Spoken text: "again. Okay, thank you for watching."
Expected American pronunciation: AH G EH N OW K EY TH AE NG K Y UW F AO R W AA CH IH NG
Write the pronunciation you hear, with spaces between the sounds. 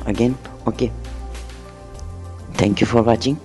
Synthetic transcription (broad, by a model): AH G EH N OW K EY T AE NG K Y UW F AO R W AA CH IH NG